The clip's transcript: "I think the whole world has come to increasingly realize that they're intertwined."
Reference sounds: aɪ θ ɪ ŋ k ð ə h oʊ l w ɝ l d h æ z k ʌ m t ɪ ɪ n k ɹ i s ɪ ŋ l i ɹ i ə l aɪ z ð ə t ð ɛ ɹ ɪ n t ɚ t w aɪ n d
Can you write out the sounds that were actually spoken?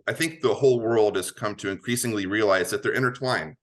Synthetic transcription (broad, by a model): aɪ θ ɪ ŋ k ð ə h oʊ l w ɝ l d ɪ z k ʌ m t ɪ ɪ n k ɹ i s ɪ ŋ l i ɹ i ə l aɪ z ð ə t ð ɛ ɹ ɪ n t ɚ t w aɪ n